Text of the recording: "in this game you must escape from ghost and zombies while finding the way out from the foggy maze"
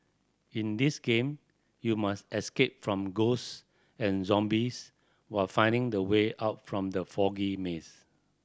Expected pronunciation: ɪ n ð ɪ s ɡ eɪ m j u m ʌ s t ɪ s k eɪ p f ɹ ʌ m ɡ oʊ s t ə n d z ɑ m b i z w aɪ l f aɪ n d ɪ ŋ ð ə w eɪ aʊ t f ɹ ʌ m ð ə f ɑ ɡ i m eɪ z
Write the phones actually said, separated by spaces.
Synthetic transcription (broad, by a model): ɪ n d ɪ s ɡ eɪ m j u m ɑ s t ɪ s k eɪ p f ɹ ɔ m ɡ oʊ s ə n z ɑ m b i s w aɪ l f aɪ n d ɪ ŋ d ə w eɪ aʊ t f ɹ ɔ m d ə f ɑ ɡ i m eɪ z